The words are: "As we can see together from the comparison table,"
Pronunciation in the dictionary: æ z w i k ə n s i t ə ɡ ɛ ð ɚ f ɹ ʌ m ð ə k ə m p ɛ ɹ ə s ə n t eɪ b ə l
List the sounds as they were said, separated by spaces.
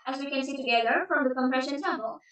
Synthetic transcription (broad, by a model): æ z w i k ə n s i t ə ɡ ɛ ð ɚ f ɹ ʌ m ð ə k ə m p ɹ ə ʃ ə n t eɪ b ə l